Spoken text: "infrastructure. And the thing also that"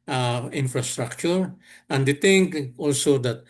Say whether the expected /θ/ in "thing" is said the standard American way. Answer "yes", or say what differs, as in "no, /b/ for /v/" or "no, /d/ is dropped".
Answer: no, /t/ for /θ/